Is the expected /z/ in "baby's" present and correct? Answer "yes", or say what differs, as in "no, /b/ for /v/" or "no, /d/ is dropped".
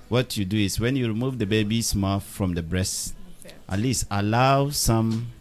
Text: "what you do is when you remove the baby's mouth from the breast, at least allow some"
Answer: no, /s/ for /z/